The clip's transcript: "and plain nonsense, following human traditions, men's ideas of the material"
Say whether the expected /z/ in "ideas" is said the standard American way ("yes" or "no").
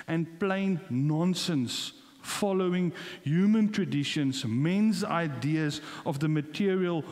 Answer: yes